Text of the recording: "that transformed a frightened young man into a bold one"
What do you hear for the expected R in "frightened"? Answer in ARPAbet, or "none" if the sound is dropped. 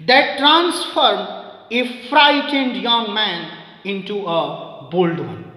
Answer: R